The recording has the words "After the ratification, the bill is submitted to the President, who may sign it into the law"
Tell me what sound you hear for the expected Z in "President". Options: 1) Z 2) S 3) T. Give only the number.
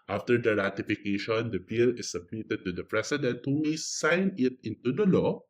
2